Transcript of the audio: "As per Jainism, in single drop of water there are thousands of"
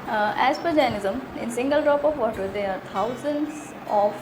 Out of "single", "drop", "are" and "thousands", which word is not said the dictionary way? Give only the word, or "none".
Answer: thousands